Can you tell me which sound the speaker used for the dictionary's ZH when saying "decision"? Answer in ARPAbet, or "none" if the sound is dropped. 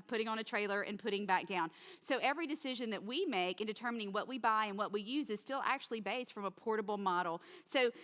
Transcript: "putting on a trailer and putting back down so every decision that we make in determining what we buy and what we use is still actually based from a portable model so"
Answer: ZH